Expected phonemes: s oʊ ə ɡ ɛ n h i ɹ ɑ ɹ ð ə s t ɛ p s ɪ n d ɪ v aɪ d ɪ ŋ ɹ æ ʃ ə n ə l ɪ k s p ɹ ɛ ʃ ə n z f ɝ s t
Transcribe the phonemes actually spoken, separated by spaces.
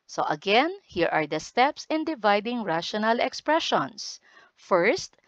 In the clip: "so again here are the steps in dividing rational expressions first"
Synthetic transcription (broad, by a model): s oʊ ə ɡ ɛ n h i ɹ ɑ ɹ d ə s t ɛ p s ɪ n d ɪ v aɪ d ɪ ŋ ɹ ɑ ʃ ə n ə l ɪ k s p ɹ ɛ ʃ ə n s f ɝ s t